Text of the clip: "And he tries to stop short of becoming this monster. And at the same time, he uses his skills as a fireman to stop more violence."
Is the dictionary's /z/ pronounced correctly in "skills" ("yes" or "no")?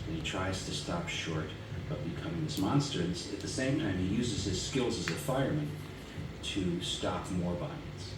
yes